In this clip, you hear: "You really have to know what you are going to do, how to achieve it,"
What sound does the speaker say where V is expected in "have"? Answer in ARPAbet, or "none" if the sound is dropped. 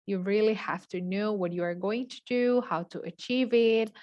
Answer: F